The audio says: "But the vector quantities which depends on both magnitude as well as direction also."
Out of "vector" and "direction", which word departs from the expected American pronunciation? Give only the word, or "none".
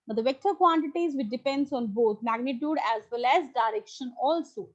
none